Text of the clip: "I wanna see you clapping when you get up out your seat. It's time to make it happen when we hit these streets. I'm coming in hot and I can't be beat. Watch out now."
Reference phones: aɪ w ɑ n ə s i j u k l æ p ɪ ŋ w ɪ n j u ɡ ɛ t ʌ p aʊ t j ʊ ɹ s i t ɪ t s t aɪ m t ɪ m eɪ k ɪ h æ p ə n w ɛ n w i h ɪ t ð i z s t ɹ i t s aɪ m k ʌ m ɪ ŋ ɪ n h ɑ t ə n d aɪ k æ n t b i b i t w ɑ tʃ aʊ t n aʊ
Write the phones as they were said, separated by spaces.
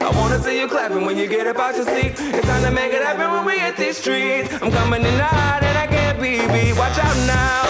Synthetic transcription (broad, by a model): aɪ w ɑ n ə s i j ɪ k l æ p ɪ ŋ w ɪ n j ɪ ɡ ɛ t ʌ b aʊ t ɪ s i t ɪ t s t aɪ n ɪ m eɪ k ɪ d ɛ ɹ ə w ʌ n w i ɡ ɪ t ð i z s t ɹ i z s aɪ m k ʌ m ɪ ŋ ɪ n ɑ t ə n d aɪ k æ n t b i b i w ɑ tʃ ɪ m n aʊ